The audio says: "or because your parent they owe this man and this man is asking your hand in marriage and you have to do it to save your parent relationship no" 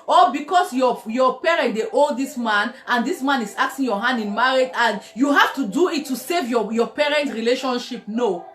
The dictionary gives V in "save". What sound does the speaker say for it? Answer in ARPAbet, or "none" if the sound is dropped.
V